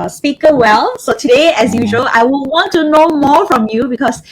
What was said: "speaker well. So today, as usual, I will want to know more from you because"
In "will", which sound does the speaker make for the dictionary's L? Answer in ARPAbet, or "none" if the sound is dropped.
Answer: N